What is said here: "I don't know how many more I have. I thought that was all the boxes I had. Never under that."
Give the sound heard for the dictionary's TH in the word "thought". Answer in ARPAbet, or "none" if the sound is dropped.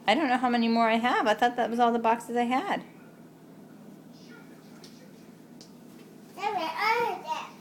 T